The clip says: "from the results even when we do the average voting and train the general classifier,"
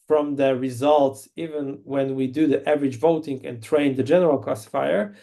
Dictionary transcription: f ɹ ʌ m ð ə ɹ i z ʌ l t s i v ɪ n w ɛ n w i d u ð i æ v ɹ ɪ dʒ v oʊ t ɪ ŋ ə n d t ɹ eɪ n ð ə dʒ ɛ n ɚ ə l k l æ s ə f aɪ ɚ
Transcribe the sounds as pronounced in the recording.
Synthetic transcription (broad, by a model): f ɹ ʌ m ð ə ɹ i z ʌ l t s i v ɪ n w ɛ n w i d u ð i æ v ɹ ɪ dʒ v oʊ t ɪ ŋ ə n t ɹ eɪ n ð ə dʒ ɛ n ɚ ə l k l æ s f aɪ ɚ